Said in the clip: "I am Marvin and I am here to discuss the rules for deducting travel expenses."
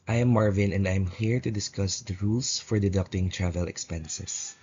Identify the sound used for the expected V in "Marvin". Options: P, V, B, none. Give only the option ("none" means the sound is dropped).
V